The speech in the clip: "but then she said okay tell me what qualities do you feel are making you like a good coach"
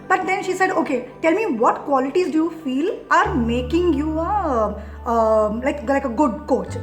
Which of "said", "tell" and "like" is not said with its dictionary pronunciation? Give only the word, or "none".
none